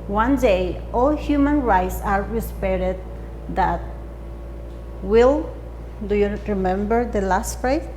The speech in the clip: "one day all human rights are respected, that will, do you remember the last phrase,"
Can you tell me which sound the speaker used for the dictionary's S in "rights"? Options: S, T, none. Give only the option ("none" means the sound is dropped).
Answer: S